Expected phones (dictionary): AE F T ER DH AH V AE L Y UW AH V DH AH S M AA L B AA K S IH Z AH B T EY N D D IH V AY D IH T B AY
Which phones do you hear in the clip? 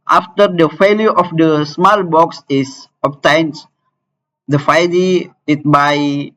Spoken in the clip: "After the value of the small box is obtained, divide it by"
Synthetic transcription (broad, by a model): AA F T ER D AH F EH L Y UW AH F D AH S M AA L B AA K S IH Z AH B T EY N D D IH F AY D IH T B AY